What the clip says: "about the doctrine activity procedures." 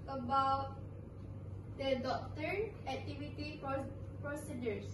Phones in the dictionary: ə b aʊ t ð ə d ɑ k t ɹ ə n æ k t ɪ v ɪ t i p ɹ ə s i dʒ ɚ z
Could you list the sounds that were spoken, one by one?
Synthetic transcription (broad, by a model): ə b aʊ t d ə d ɑ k t ə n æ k t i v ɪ t i p ɹ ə s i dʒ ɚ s